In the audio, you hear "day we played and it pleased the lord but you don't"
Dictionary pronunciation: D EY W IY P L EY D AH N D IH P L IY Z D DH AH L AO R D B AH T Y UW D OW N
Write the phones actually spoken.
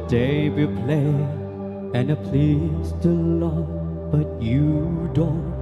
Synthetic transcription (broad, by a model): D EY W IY P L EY AH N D IH P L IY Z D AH L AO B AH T Y UW D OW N